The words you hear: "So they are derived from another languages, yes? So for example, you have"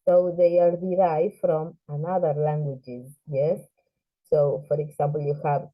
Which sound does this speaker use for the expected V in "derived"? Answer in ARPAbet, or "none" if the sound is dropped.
F